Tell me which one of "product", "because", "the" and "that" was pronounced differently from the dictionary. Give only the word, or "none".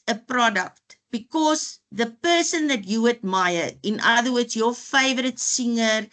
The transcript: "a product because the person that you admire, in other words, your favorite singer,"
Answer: because